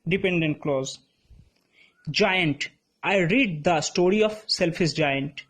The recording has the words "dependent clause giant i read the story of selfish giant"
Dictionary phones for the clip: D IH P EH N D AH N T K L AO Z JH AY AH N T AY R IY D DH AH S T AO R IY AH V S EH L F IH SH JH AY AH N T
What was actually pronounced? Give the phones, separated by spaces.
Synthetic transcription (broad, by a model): D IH P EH N D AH N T K L AO Z JH AY AH N T AY R IY D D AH S T AO R IY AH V S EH L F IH S JH AY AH N T